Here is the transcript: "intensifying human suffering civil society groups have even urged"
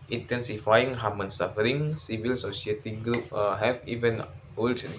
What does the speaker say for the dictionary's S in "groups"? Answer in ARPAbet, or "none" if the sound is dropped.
none